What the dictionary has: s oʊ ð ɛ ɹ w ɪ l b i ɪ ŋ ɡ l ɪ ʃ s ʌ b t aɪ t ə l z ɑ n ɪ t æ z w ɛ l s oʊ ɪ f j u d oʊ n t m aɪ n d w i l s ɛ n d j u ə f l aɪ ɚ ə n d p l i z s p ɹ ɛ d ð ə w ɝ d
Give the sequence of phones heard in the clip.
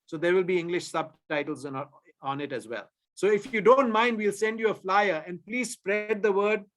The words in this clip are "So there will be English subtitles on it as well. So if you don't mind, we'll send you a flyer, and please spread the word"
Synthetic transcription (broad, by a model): s oʊ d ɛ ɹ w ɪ l b i ɪ ŋ ɡ l ɪ ʃ s ʌ b t aɪ t ə l z ɑ n ɪ t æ z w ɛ l s oʊ ɪ f j u d oʊ n t m aɪ n d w i l s ɛ n d j u ə f l aɪ ɚ ə n d p l i z s p ɹ ɛ d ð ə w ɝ d